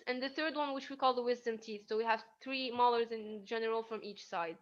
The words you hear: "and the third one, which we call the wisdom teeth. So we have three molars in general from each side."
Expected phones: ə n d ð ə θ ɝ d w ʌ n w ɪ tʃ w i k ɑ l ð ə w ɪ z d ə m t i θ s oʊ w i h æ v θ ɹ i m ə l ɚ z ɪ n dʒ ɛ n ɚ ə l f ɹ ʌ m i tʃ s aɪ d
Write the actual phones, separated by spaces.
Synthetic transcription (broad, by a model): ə n ð ə θ ɝ d w ʌ n w ɪ tʃ w i k ɑ l ð ə w ɪ z d ə m t i θ s oʊ w i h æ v θ ɹ i m ə l ɚ z ɪ n dʒ ɛ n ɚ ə l f ɹ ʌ m i tʃ s aɪ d